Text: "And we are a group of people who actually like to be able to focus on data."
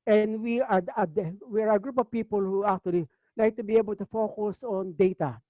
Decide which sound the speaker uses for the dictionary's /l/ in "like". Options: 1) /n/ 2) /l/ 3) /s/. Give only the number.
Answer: 1